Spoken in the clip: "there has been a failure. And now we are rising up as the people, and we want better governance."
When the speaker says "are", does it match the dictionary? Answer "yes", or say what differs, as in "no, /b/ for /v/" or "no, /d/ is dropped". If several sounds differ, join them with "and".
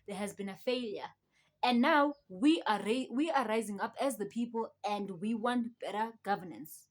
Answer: no, /w/ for /ɹ/